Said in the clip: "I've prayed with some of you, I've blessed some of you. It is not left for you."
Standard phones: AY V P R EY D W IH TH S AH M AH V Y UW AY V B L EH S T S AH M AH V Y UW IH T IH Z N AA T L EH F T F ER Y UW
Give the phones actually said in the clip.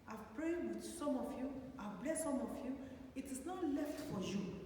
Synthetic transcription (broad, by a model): AY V P R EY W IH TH S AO M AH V Y UW AY V B L EH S S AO M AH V Y UW IH T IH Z N AA T L EH F T F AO Y UW